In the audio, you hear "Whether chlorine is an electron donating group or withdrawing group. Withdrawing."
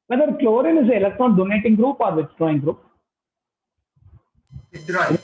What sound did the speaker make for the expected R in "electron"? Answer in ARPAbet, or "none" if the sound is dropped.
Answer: none